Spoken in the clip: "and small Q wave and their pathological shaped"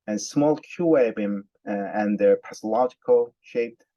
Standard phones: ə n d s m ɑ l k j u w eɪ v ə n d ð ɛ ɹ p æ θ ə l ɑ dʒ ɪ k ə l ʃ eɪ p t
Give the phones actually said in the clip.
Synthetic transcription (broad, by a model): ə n s m ɑ l k j u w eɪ b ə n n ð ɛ ɹ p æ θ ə l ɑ dʒ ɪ k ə l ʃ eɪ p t